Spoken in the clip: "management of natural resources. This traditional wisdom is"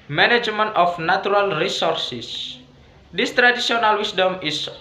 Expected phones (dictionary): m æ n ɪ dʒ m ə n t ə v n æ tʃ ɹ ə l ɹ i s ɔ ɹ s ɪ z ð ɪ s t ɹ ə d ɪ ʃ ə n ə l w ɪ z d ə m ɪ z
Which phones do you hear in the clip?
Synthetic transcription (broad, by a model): m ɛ n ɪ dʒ m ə n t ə f n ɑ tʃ ɹ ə l ɹ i s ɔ ɹ s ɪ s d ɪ s t ɹ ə d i s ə n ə l w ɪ s d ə m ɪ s